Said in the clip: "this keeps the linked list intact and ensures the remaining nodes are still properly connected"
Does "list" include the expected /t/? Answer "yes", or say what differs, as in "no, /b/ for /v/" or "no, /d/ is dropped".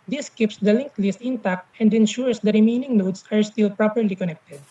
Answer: yes